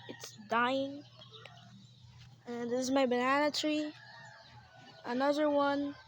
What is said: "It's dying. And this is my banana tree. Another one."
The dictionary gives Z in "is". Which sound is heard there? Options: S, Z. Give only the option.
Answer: Z